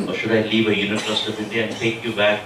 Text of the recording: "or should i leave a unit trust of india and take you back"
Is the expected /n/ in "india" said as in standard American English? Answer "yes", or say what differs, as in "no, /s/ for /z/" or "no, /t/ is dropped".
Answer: no, /n/ is dropped